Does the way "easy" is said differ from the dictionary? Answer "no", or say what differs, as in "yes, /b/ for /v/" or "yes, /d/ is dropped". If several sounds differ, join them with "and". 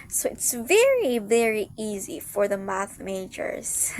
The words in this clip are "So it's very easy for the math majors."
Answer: no